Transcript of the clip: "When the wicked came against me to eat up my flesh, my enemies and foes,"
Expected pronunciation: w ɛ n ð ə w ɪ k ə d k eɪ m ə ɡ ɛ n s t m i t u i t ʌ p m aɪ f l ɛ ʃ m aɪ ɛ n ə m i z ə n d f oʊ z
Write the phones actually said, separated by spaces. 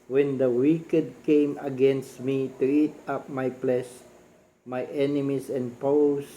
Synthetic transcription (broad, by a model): w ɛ n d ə w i k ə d k eɪ m ə ɡ ɛ n s t m i t u i t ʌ p m aɪ p l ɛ s m aɪ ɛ n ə m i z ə n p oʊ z